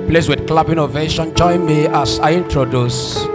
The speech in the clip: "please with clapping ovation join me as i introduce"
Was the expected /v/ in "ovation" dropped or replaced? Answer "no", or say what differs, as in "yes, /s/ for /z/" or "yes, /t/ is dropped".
no